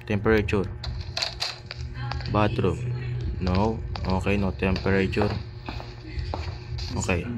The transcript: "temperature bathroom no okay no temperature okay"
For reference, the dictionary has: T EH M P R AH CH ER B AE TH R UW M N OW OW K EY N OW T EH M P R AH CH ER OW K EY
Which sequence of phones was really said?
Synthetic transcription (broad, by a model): T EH M P R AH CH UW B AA T R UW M N OW OW K EY N OW T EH M P R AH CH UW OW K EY